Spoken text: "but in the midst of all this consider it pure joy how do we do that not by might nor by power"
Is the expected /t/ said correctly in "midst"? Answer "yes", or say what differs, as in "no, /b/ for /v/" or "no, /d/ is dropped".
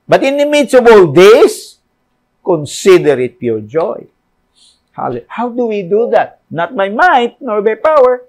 no, /t/ is dropped